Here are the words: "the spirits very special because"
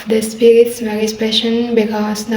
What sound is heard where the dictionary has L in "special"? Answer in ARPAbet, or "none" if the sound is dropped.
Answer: N